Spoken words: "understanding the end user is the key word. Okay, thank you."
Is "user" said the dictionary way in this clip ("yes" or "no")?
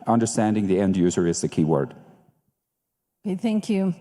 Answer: yes